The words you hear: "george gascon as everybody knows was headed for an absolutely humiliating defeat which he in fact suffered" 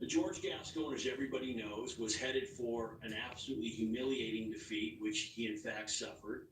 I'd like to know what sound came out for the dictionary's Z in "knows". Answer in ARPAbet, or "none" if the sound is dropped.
Z